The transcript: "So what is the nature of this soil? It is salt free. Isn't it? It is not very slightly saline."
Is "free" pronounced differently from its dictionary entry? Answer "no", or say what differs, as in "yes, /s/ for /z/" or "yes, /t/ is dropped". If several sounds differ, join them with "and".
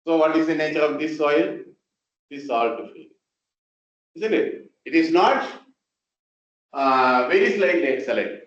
yes, /ɹ/ is dropped